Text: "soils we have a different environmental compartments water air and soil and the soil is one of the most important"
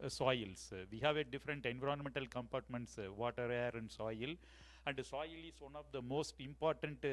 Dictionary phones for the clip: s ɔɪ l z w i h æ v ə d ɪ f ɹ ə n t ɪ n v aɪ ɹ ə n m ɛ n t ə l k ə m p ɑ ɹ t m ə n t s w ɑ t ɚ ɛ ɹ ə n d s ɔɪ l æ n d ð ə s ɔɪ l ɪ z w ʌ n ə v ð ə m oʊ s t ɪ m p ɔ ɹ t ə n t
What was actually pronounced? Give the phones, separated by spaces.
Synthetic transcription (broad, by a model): s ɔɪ l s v i h æ v ə d ɪ f ɹ ə n t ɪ n v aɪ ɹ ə n m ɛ n t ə l k ə m p ɑ ɹ t m ə n t s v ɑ t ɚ ɛ ɹ ə n d s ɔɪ l æ n d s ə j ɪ l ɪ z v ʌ n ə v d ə m oʊ s t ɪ m p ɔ ɹ t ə n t